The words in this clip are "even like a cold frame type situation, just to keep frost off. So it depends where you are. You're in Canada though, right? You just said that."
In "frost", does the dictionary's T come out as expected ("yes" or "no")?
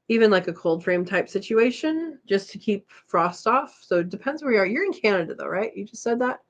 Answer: yes